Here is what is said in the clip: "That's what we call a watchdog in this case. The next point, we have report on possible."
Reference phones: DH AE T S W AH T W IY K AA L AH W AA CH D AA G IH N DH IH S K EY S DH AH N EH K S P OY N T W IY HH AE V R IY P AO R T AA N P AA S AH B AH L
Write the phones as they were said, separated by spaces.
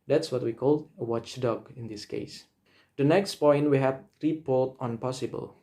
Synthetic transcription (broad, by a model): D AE T S W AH T W IY K AA L AH W AA CH D AA G IH N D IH S K EY S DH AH N EH K S P OY N T W IY HH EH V R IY P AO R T AA N P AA S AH B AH L